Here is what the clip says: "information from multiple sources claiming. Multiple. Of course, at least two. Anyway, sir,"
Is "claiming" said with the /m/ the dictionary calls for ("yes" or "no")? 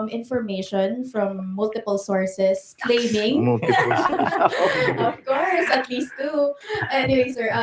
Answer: no